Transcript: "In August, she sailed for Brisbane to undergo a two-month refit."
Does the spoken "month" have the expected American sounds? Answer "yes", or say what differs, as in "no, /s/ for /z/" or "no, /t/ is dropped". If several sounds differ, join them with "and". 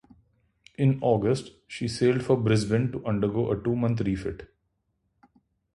no, /t/ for /θ/